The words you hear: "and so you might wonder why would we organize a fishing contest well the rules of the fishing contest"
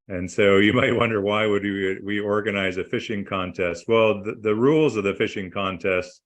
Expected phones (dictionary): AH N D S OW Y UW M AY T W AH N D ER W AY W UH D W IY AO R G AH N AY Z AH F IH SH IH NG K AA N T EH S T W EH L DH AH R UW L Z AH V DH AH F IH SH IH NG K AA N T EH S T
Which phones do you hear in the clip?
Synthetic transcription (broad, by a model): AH N S OW Y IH M AY T W AH N D ER W AY W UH D W IY AO R G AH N AY Z AH F IH SH IH NG K AA N T EH S T W EH L DH AH R UW L Z AH V DH AH F IH SH IH NG K AA N T EH S T